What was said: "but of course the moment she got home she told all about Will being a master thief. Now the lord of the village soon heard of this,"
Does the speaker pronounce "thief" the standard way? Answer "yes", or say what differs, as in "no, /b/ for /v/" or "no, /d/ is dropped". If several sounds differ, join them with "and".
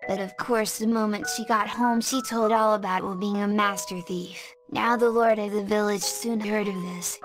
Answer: yes